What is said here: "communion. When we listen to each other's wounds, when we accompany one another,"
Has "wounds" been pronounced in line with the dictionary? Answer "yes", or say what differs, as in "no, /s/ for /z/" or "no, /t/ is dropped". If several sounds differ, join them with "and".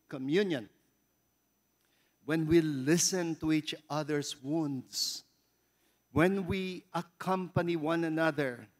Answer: no, /s/ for /z/